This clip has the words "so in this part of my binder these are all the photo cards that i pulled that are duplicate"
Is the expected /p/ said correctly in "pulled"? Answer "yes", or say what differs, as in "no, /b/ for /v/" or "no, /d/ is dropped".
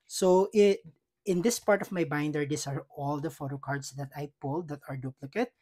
yes